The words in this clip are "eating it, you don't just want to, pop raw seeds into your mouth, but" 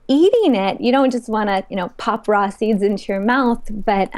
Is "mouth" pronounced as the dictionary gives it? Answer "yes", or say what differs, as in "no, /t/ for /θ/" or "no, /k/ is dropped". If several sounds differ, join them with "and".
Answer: yes